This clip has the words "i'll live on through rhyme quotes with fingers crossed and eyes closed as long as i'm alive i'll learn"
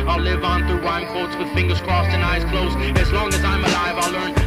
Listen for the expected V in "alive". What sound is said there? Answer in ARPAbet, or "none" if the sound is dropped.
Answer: V